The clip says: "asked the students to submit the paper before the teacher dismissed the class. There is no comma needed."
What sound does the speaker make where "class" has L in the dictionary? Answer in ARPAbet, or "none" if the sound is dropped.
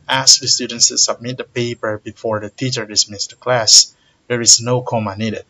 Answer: L